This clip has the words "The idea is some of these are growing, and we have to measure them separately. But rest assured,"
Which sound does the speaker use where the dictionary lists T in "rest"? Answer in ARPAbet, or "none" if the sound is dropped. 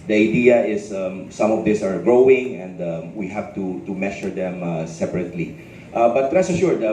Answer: none